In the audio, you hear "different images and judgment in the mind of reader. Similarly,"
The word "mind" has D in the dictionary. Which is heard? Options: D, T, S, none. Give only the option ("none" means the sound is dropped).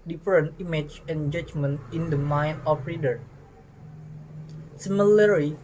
none